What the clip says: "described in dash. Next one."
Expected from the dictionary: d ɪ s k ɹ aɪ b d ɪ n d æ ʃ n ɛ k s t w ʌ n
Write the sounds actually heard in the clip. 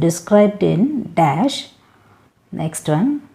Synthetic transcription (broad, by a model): d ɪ s k ɹ aɪ b d ɪ n d æ ʃ n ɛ k s t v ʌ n